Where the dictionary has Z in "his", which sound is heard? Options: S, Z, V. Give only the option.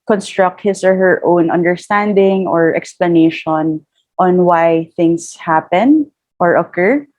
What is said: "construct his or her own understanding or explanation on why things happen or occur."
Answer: S